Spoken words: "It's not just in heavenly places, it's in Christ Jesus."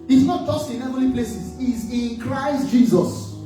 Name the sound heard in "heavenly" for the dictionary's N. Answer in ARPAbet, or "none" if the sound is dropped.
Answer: none